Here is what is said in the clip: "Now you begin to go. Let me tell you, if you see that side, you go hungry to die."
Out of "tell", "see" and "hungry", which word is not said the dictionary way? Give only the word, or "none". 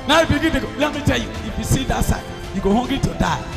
hungry